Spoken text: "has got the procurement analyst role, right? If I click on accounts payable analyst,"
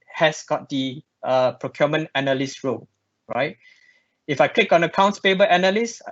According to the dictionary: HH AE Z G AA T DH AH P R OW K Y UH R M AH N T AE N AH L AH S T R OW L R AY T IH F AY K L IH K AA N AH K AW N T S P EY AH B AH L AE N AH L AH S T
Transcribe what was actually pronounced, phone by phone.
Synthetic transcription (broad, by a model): HH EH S G AA T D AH P R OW K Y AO M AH N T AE N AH L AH S R OW L R AY T IH F AY K L IH K AA N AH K AW N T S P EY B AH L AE N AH L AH S